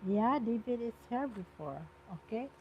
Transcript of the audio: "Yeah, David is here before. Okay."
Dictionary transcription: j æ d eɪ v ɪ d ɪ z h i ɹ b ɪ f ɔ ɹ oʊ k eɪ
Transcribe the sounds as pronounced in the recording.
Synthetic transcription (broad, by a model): j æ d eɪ b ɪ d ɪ s h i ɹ b ɪ f ɔ ɹ oʊ k eɪ